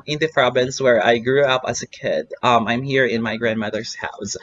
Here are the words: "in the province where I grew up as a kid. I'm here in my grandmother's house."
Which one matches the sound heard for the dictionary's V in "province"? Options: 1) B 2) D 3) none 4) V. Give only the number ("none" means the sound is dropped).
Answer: 1